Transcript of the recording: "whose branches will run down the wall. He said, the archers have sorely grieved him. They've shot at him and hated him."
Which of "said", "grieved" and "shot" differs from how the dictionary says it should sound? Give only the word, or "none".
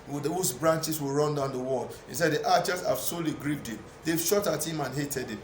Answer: none